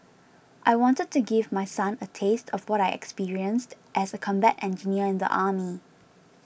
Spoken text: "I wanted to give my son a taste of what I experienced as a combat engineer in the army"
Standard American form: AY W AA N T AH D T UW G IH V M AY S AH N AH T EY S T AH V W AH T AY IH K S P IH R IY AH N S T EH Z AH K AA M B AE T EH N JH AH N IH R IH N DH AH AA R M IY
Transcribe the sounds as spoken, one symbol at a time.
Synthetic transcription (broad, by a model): AY W AA N T AH D T UW G IH V M AY S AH N AH T EY S T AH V W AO T AY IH K S P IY R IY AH N S T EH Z AH K AA M B AE T EH N JH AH N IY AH IH N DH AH AA M IY